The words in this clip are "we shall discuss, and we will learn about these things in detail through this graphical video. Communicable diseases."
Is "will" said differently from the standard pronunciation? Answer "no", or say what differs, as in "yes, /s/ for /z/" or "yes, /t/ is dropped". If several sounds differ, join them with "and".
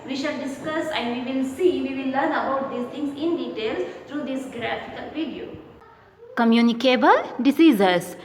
yes, /w/ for /l/